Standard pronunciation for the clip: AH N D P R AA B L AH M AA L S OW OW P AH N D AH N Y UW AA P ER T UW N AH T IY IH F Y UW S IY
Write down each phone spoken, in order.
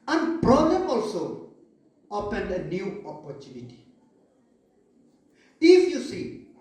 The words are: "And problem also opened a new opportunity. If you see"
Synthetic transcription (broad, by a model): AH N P R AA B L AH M AA L S OW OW P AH N AH N Y UW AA P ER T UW N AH T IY IH F Y UW S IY